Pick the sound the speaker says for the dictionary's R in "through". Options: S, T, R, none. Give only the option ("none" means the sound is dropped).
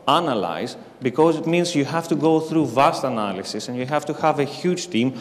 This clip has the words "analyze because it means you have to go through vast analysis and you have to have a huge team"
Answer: R